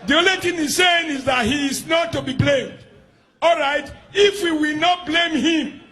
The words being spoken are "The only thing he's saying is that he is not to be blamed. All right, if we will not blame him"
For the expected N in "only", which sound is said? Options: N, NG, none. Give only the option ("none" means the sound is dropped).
none